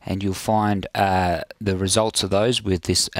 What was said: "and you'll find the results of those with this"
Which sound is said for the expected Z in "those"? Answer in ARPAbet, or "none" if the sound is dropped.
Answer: Z